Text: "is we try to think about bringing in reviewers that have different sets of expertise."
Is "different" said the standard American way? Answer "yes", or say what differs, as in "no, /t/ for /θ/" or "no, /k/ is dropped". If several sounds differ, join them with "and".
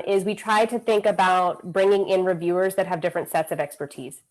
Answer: yes